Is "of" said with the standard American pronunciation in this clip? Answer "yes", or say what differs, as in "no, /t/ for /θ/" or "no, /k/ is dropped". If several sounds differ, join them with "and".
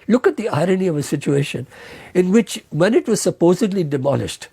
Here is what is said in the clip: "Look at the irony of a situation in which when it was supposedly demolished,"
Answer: yes